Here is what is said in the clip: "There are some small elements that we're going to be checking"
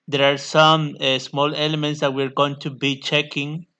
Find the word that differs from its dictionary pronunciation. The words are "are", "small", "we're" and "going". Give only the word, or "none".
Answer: none